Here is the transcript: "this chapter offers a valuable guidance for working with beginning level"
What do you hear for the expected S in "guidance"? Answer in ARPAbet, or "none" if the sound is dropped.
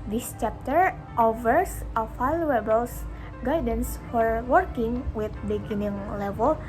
S